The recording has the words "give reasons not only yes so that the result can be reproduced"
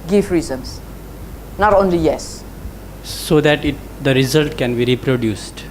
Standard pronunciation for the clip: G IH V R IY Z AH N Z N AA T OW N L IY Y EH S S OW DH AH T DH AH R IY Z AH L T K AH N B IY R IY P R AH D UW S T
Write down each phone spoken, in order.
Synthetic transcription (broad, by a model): G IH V R IY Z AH N S N AA T OW N L IY Y EH S S OW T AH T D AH R IY Z AH L T K AH N B IY R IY P R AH D UW S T